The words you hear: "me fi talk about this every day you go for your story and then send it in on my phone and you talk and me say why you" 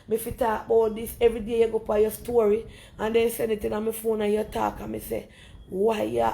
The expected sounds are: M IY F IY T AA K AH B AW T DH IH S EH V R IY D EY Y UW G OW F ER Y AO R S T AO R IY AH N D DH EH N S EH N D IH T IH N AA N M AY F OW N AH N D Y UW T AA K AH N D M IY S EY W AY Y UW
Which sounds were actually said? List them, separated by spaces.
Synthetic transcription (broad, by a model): M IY F IY T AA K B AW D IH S EH V R IY D EY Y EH G OW P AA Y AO S T AO R IY AH N D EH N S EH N IH T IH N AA M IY F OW N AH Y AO T AA K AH M IY S EY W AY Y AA